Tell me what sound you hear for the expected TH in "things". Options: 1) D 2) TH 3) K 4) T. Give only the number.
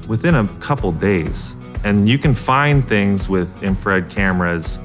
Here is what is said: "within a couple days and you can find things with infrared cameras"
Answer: 2